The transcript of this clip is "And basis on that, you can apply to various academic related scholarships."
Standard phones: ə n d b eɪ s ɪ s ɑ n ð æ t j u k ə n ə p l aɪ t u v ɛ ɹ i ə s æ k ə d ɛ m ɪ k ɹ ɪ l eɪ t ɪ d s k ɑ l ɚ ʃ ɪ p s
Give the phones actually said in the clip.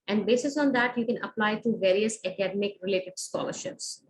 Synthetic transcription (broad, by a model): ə n d b eɪ s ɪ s ɑ n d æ t j u k ə n ə p l aɪ t u v ɛ ɹ i ə s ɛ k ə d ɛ m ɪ k ɹ ɪ l eɪ t ɪ d s k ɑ l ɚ ʃ ɪ p s